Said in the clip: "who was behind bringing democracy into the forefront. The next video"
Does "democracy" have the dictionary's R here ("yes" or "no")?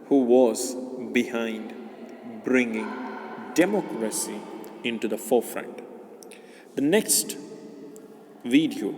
yes